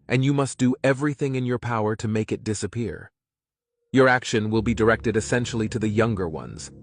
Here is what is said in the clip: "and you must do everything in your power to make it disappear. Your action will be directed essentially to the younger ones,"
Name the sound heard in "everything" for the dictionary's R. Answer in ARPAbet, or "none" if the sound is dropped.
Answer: R